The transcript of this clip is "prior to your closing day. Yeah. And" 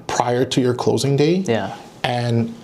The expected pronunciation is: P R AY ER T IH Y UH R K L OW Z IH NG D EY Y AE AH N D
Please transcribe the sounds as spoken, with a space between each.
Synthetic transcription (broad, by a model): P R AY ER T IH Y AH R K L OW Z IH NG D EY Y AE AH N